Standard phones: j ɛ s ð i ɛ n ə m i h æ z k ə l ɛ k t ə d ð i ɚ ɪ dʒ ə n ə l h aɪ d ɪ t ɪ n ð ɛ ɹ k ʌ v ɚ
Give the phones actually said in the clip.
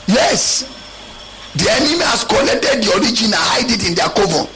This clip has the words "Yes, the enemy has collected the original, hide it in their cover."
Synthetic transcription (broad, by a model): j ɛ s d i ɛ n ə m i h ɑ s k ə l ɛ k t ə d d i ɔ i dʒ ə n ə n h aɪ d ɪ t ɪ n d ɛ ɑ k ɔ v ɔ